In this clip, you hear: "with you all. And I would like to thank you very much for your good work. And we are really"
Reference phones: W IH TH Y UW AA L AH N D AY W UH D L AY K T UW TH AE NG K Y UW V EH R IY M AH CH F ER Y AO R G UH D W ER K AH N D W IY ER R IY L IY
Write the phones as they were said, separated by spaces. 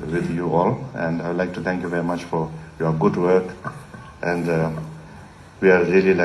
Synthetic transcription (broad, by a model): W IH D Y UW AA L AH N D AY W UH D L AY K T UW T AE NG K Y UW V EH R IY M AH CH F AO Y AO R G UH D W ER K AH N D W IY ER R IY L IY